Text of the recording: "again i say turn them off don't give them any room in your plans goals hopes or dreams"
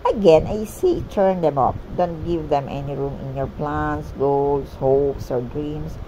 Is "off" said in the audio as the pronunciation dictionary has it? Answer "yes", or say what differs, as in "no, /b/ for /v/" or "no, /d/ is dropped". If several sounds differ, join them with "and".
no, /p/ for /f/